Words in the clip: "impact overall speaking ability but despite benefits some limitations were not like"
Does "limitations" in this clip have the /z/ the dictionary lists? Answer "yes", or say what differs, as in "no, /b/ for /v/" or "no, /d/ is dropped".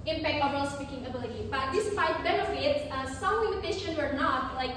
no, /z/ is dropped